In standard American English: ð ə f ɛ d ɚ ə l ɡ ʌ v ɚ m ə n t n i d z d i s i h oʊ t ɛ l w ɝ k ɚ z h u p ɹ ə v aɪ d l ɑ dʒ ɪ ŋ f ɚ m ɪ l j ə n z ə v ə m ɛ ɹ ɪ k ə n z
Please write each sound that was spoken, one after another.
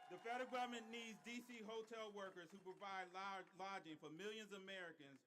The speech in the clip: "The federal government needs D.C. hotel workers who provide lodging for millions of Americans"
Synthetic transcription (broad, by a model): ð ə f ɛ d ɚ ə ɡ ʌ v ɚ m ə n n i d z d i s i h oʊ t ɛ l w ɝ k ɚ z h u p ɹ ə v aɪ d l ɑ dʒ ɪ ŋ f ɚ m ɪ l j ə n z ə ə m ɛ ɹ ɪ k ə n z